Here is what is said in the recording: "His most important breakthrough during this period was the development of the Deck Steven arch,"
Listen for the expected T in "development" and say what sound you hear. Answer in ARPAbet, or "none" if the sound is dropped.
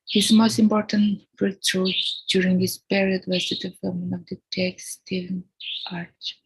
none